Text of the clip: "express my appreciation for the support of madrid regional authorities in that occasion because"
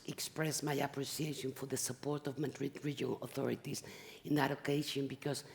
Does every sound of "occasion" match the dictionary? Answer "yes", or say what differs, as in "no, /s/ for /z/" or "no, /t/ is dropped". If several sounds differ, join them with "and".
no, /ʃ/ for /ʒ/